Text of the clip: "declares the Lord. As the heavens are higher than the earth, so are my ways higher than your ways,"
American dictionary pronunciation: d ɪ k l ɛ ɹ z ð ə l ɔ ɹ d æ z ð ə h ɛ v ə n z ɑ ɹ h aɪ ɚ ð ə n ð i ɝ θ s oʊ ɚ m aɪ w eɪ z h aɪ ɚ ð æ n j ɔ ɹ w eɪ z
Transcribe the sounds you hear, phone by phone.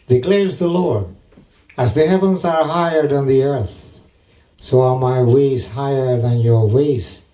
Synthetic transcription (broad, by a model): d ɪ k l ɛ ɹ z ð ə l ɔ ɹ d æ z ð ə h ɛ v ə n z ɑ ɹ h aɪ ɚ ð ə n ð i ɝ θ s oʊ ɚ m aɪ w eɪ z h aɪ ɚ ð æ n j ɔ ɹ w eɪ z